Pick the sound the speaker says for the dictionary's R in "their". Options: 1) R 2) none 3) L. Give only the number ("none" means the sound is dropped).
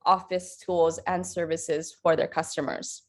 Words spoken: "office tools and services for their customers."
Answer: 1